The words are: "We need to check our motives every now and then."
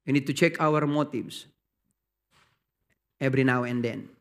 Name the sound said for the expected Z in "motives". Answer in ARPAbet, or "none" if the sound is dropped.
S